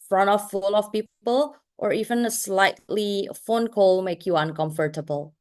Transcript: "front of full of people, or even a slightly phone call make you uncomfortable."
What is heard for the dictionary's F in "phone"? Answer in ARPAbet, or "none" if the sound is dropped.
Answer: F